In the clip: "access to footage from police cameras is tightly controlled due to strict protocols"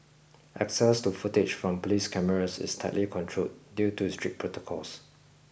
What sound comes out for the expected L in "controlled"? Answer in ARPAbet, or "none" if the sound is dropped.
none